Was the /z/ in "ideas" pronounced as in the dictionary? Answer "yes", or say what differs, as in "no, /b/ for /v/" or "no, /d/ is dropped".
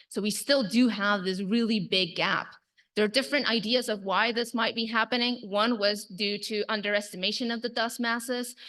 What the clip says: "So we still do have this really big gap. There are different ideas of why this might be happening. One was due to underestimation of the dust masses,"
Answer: yes